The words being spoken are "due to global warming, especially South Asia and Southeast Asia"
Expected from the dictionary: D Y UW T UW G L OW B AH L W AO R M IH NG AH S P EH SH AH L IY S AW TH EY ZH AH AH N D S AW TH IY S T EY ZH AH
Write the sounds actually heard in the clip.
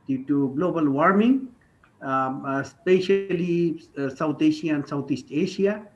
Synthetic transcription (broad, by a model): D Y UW T UW G L OW B AH L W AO R M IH NG S P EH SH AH L IY S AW T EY SH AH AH N S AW T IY S T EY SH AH